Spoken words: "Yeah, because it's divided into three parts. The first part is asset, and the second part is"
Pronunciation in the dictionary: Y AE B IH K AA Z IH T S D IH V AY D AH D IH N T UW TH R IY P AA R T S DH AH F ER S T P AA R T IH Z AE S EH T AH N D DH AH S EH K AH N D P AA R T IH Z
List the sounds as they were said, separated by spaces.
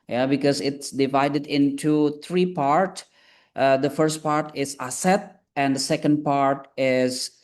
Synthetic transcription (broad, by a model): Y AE B IH K AA Z IH T S D IH V AY D AH D IH N T UW T R IY P AA R T S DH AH F ER S T P AA R T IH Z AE S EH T AH N D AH S EH K AH N D P AA R T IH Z